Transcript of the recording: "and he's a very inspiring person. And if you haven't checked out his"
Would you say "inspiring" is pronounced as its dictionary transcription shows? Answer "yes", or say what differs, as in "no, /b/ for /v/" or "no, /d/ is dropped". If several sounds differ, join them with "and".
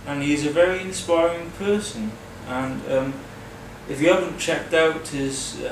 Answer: yes